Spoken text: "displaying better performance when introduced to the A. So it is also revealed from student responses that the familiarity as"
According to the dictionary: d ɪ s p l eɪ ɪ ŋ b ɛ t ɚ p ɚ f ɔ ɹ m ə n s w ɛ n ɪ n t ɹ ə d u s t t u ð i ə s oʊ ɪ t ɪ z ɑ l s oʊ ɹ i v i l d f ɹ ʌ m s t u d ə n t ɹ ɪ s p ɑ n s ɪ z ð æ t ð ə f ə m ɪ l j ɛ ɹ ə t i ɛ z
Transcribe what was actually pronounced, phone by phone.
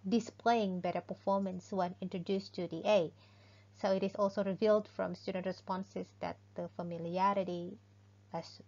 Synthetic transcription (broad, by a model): d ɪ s p l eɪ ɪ ŋ b ɛ t ɚ p ɚ f ɔ ɹ m ə n s w ɛ n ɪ n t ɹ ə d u s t t u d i ə s oʊ ɪ t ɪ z ɑ l s oʊ ɹ i v i l d f ɹ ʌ m s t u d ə n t ɹ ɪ s p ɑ n s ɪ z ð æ t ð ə f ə m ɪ l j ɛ ɹ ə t i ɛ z